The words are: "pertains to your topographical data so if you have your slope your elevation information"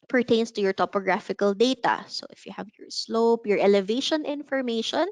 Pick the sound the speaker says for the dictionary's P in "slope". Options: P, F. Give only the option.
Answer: P